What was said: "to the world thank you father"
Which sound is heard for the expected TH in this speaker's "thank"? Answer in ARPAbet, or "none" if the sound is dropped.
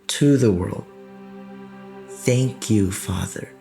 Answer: TH